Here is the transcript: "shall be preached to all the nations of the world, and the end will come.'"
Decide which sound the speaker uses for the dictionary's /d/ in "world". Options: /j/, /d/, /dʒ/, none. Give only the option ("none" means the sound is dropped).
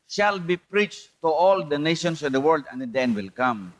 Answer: /d/